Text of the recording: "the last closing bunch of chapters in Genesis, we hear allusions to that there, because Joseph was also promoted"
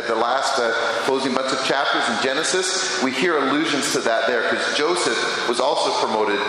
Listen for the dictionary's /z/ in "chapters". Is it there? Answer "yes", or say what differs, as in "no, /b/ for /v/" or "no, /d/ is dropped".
yes